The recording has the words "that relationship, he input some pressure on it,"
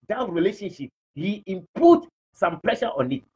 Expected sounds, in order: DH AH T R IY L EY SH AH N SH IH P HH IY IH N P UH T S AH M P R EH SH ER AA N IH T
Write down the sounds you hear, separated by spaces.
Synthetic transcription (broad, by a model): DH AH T R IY L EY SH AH N SH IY P HH IY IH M P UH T S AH M P L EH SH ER AA N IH T